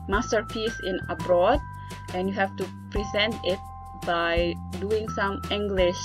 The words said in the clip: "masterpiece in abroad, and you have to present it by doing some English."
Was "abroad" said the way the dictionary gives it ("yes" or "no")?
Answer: yes